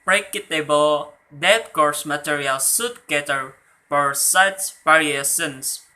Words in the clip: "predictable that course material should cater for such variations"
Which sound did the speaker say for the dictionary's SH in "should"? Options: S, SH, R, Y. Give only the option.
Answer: S